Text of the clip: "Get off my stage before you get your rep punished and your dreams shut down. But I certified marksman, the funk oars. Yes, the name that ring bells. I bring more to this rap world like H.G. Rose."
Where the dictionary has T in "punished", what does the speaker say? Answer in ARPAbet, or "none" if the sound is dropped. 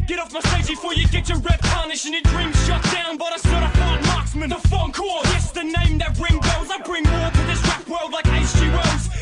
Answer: none